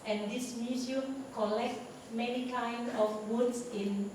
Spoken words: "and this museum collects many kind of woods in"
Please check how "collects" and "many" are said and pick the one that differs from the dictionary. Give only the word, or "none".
collects